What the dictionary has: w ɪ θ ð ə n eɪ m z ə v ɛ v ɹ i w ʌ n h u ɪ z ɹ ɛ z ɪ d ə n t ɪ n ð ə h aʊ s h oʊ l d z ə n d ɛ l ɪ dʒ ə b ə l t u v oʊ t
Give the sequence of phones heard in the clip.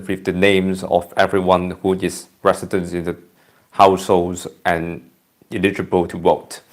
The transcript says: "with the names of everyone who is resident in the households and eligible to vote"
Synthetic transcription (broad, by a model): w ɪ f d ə n eɪ m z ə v ɛ v ɹ i w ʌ n h u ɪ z ɹ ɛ s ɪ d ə n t ɪ n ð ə h aʊ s h oʊ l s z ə n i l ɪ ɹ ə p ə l t u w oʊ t